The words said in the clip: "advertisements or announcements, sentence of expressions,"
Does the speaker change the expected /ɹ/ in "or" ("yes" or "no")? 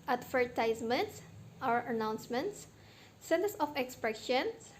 yes